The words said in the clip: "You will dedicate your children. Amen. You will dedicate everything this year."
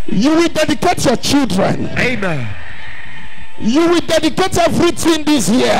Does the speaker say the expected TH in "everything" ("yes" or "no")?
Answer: no